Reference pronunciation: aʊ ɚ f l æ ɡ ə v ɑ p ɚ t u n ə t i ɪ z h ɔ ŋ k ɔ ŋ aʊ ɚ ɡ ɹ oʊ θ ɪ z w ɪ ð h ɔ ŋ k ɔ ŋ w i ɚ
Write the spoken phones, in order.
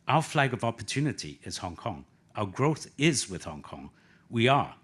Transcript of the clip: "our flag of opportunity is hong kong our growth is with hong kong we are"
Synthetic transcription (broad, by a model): aʊ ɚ f l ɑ ɡ ə v ɑ p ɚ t u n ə t i ɪ z h ɔ ŋ k ɔ ŋ aʊ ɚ ɡ ɹ oʊ θ ɪ z w ɪ ð h ɔ ŋ k ɔ ŋ w i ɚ